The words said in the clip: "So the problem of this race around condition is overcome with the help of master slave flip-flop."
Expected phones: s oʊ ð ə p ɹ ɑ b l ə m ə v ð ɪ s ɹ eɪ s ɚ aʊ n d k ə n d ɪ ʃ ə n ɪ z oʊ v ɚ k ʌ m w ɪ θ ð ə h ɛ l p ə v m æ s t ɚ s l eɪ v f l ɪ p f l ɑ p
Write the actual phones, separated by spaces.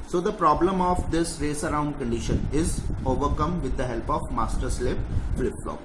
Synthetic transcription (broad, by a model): s oʊ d ə p ɹ ɑ b l ə m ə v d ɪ s ɹ eɪ s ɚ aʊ n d k ə n d ɪ ʃ ə n ɪ z oʊ v ɚ k ʌ m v ɪ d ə h ɛ l p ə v m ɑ s t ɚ s l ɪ p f l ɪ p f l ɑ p